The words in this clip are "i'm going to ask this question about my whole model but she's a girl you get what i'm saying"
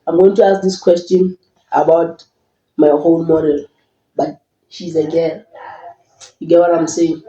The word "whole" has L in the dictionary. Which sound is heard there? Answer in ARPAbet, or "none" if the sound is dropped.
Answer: N